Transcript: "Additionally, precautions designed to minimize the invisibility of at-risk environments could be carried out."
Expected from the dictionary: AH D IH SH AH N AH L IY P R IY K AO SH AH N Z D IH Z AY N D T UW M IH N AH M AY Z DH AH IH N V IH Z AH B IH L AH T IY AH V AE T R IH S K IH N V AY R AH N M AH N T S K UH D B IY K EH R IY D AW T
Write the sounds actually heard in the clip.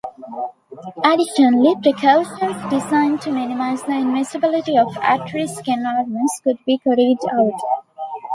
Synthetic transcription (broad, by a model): AH D IH SH AH N AH L IY P R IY K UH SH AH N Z D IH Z AY N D T UW M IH N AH M AY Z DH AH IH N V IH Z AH B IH L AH T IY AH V AE T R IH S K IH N AY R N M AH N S K UH D B IY K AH R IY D AW T